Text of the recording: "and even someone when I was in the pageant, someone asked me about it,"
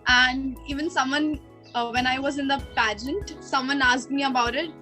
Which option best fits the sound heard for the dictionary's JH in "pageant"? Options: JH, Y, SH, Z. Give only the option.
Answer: JH